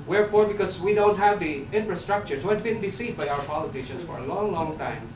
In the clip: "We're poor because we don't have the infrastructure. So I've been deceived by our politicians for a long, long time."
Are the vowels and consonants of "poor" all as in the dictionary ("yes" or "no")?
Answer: no